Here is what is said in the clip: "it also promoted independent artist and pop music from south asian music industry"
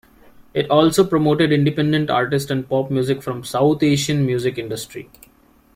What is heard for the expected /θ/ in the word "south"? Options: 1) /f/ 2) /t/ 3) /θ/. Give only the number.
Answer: 2